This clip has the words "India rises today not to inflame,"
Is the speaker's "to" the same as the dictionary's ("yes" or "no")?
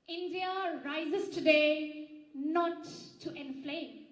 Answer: yes